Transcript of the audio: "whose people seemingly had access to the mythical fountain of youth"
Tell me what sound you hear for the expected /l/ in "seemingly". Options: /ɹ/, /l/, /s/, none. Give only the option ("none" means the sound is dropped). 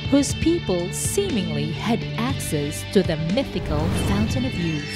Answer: /l/